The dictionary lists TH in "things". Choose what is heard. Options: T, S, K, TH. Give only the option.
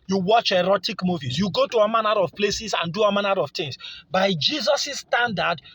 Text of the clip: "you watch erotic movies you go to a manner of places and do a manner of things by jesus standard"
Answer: T